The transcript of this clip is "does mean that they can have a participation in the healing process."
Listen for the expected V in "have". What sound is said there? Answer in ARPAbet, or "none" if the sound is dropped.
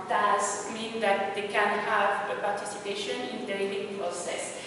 V